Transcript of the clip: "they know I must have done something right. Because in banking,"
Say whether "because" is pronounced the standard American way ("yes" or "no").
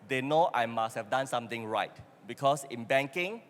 no